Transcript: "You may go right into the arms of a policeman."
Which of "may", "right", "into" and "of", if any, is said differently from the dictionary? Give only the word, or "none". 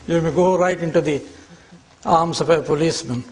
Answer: of